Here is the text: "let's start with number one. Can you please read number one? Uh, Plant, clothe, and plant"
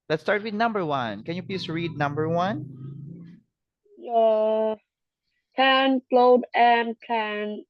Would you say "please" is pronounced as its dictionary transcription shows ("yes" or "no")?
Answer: no